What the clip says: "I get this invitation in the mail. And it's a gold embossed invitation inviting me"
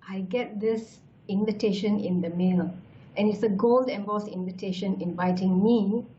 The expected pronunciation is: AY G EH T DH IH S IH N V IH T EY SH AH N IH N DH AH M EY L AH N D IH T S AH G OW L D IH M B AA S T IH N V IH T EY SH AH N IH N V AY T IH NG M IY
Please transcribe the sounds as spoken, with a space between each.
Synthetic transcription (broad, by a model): AY G EH T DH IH S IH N V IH T EY SH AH N IH N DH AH M EY L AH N IH T S AH G OW L D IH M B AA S IH N V IH T EY SH AH N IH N V AY T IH NG M IY